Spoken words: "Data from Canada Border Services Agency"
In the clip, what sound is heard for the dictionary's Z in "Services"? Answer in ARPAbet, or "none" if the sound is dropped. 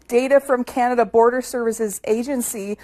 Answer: Z